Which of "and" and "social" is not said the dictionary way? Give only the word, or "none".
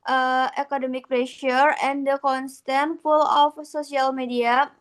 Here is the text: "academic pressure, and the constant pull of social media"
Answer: social